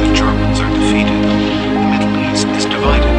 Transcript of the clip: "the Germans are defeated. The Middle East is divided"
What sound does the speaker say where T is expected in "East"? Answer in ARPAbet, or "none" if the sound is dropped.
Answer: none